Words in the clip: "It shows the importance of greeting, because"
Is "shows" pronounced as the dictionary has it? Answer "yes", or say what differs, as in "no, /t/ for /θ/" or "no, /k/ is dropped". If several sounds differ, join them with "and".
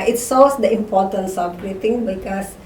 no, /s/ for /ʃ/